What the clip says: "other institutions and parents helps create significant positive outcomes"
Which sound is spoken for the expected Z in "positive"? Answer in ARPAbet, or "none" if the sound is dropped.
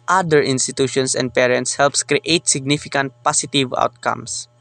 S